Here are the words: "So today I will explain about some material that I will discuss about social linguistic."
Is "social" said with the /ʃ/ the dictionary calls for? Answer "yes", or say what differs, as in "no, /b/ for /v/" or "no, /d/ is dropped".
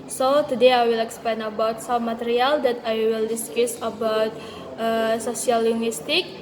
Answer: no, /s/ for /ʃ/